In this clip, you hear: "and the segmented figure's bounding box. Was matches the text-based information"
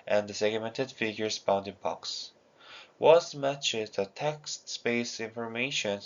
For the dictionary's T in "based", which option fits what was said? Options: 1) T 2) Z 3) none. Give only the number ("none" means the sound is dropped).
3